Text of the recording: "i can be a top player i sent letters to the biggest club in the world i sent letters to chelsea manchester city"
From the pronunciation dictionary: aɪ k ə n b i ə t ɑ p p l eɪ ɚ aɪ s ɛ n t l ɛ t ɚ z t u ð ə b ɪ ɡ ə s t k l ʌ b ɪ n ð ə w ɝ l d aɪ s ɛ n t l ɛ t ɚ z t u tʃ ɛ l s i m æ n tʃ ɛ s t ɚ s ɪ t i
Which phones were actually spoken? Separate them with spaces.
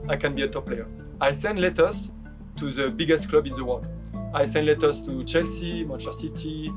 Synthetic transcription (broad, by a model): aɪ k ə n b i ə t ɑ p p l eɪ ɚ aɪ s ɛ n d l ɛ t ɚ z t u ð ə b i ɡ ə s t k l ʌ b ɪ n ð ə w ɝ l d aɪ s ɛ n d l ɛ t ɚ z t u tʃ ɛ l s i m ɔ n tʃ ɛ s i t i